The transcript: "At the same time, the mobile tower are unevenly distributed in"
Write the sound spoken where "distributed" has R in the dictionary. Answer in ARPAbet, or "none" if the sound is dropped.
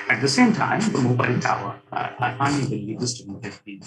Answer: none